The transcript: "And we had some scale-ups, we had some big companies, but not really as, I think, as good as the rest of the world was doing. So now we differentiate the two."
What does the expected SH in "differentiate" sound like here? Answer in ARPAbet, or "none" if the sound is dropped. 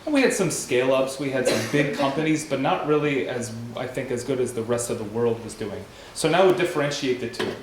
SH